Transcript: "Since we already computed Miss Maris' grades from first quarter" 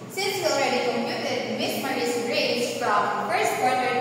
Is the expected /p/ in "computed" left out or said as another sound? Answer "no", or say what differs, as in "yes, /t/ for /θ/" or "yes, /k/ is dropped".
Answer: yes, /p/ is dropped